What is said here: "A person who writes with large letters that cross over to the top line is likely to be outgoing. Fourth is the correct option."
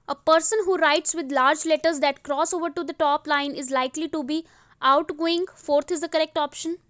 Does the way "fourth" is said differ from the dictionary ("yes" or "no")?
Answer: yes